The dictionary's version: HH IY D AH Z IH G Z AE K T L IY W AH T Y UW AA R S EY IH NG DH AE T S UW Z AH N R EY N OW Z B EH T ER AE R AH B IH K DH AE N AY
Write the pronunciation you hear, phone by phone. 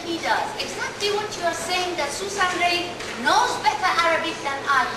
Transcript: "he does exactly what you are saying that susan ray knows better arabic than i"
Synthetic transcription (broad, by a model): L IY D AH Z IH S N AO T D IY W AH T Y UW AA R S EY IH NG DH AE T S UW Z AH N R EY N OW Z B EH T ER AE R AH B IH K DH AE N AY